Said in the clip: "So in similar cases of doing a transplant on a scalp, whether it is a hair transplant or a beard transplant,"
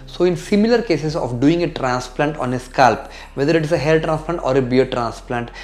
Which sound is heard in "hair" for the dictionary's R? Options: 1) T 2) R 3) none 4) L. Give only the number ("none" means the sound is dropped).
4